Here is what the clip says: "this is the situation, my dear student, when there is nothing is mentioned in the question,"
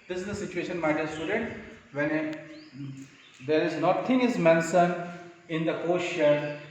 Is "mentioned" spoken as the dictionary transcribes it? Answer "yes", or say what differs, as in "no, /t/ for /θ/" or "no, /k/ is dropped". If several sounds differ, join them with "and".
no, /s/ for /ʃ/